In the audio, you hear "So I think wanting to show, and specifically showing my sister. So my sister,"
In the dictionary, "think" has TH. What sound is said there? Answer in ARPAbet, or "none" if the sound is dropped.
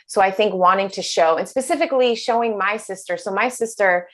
TH